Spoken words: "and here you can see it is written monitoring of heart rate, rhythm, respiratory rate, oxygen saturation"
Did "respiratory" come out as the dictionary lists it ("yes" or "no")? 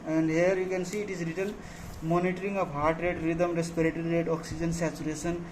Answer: yes